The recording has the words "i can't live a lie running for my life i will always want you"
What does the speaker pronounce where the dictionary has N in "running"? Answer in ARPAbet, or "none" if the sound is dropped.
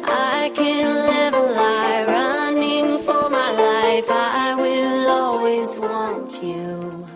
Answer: N